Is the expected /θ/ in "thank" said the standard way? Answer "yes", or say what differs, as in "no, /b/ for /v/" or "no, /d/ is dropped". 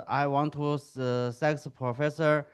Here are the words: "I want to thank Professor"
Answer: no, /s/ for /θ/